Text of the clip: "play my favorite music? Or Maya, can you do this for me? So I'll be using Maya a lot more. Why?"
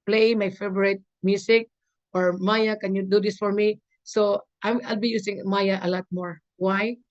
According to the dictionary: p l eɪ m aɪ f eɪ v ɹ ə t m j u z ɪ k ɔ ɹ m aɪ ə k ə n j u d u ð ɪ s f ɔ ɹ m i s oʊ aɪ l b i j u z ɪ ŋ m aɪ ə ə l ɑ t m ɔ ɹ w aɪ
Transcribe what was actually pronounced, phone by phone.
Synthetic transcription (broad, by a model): p l eɪ m aɪ f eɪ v ɹ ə t m j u s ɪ k ɔ ɹ m aɪ ə k ə n j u d u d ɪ s f ɔ ɹ m i s oʊ aɪ l b i j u s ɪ ŋ m aɪ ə ə l ɑ t m ɔ ɹ w aɪ